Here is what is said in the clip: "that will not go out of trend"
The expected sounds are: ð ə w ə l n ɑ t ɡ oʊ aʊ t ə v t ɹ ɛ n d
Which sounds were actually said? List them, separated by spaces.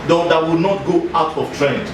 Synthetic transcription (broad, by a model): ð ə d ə w n ɑ t ɡ oʊ aʊ t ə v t ɹ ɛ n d